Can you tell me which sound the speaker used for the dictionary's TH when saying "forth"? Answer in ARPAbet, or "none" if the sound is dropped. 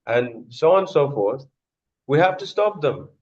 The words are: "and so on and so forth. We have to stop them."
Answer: TH